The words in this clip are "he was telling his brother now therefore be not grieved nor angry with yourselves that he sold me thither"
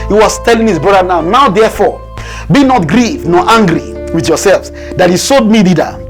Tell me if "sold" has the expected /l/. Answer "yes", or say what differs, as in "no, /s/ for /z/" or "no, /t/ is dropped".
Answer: no, /l/ is dropped